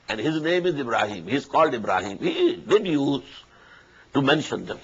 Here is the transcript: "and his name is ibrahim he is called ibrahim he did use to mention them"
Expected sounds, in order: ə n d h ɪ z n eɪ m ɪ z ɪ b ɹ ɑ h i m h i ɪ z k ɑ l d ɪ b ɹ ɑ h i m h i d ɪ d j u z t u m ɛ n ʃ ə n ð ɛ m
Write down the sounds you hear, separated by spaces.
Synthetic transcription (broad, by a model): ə n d h ɪ z n eɪ m ɪ z ɪ b ɹ ɑ h i m h i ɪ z k ɑ l d ɪ b ɹ ɑ h i m h i d ɪ d j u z t u m ɛ n ʃ ə n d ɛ m